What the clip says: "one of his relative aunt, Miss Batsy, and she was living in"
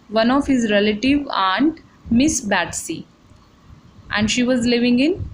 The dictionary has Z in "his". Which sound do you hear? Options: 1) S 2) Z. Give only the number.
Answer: 2